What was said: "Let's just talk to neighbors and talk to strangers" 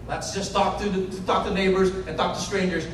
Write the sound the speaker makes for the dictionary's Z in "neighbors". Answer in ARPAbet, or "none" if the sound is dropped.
Z